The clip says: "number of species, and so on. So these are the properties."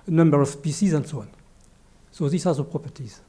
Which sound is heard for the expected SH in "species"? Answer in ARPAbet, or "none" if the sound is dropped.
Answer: S